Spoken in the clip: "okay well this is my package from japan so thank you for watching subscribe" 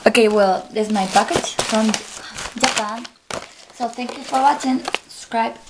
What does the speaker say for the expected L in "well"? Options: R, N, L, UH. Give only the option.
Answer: L